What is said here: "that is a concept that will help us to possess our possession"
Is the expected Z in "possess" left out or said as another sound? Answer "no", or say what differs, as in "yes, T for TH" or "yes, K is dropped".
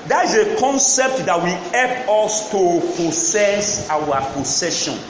yes, S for Z